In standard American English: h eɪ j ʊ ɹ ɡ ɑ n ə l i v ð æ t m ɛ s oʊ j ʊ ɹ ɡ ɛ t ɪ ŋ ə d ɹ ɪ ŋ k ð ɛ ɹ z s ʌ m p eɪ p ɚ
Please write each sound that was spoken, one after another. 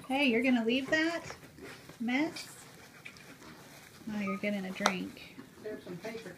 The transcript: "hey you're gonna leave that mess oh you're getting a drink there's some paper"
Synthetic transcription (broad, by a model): h eɪ j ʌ ɹ ɡ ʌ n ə l i v ð æ t m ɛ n oʊ j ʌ ɹ ɡ ɛ t ɪ ŋ ə d ɹ ɪ ŋ k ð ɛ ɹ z s ʌ m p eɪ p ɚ